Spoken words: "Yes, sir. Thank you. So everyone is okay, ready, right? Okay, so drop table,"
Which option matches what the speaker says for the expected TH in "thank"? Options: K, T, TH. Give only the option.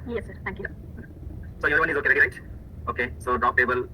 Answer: T